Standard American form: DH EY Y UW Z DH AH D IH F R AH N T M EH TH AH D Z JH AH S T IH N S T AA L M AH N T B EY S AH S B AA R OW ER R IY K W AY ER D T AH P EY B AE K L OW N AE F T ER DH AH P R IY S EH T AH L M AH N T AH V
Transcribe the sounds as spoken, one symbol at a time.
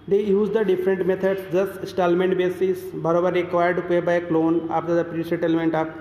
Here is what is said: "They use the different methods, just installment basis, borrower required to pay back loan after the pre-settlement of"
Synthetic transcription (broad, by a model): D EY Y UW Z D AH D IH F R AH N T M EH T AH D S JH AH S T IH S T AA L M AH N T B EY S AH S B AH R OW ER R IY K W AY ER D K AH B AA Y K L OW N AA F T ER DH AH P R IY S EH T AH L M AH N T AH